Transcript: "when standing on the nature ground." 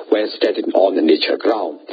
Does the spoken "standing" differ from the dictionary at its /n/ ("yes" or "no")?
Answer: yes